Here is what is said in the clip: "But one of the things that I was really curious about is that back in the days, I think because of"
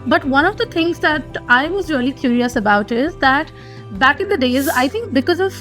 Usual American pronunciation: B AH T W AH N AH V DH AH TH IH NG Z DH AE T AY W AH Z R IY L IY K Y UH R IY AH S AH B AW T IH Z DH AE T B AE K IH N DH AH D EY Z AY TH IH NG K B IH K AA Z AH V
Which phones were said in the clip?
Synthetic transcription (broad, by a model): B AH T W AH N AH V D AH T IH NG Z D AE T AY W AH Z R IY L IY K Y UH R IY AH S AH B AW T IH Z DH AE T B AE K IH N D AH D EY Z AY T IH NG K B IH K AA Z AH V